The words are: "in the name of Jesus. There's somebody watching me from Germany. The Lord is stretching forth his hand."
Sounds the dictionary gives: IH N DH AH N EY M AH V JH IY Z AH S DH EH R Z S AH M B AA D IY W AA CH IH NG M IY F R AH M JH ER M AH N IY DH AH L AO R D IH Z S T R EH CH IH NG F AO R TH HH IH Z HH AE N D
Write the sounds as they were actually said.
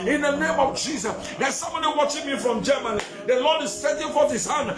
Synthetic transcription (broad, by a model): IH N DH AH N EY M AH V JH IY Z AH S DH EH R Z S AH M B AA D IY W AA CH IH NG M IY F R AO M JH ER M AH N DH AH L AO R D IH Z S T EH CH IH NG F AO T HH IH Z HH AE N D